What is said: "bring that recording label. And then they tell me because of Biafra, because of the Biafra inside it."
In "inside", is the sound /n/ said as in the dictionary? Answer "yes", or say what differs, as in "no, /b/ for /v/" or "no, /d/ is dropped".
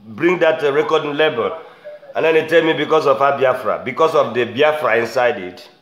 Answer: yes